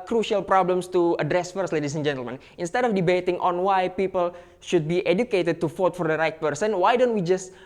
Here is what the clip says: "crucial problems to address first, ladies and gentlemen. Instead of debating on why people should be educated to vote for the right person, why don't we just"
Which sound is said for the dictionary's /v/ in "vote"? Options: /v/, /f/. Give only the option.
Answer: /f/